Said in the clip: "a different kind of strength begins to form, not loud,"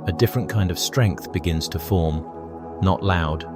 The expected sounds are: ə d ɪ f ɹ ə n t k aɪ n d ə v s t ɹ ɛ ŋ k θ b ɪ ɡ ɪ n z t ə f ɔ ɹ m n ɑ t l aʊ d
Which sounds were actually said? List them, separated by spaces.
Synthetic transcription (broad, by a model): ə d ɪ f ɹ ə n k aɪ n d ə v s t ɹ ɛ ŋ k θ b ɪ ɡ ɪ n z t ə f ɔ ɹ m n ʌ t l aʊ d